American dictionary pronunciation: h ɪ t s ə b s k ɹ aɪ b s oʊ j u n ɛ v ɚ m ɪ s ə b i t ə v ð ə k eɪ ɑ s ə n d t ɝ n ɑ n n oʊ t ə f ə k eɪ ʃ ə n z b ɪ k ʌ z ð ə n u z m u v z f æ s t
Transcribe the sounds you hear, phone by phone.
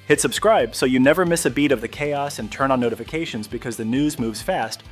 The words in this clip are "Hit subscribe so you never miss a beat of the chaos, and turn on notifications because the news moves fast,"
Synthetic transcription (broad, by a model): h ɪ t s ə b s k ɹ aɪ b s oʊ j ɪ n ɛ v ɚ m ɪ s ə b i t ə v ð ə k eɪ ɑ s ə n t ɝ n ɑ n n oʊ t ə f ə k eɪ ʃ ə n z b ɪ k ʌ z ð ə n u z m u v z f æ s t